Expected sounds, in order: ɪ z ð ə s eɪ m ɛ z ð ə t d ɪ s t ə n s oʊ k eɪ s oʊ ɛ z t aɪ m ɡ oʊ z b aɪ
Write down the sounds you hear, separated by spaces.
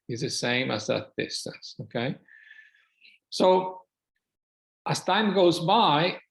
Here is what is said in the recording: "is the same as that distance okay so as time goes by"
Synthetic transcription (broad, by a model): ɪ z ð ə s eɪ m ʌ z ð ə t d ɪ s t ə n s oʊ k eɪ s oʊ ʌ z t aɪ m ɡ oʊ z b aɪ